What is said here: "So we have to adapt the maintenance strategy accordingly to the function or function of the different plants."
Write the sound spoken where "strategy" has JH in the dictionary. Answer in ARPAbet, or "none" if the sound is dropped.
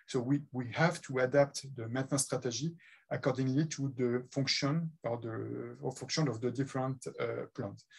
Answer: ZH